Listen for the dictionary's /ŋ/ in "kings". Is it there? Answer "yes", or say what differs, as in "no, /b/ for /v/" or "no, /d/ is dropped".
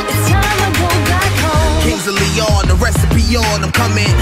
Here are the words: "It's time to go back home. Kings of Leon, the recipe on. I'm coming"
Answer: no, /ŋ/ is dropped